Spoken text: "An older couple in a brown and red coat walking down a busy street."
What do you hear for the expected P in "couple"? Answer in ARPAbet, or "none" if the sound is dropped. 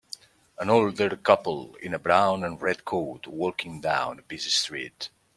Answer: P